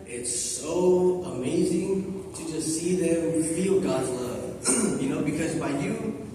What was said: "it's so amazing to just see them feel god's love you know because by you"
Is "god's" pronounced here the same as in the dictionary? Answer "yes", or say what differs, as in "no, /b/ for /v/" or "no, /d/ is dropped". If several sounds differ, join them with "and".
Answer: yes